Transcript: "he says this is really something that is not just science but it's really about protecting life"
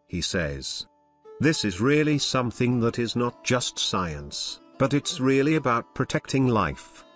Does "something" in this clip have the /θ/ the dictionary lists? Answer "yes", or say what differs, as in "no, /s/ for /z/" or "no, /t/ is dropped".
yes